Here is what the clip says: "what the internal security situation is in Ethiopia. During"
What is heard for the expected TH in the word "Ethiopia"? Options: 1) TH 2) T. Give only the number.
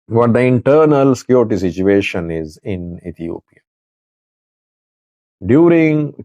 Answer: 2